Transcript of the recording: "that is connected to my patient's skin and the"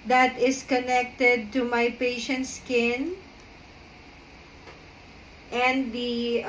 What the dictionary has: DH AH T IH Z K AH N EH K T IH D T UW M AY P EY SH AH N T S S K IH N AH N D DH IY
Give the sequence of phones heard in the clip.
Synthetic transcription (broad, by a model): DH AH T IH S K AH N EH K T IH D T UW M AY P EY SH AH N T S S K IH N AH N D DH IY